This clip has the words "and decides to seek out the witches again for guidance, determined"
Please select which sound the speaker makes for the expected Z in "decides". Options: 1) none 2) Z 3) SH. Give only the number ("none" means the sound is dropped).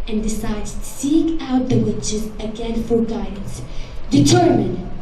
1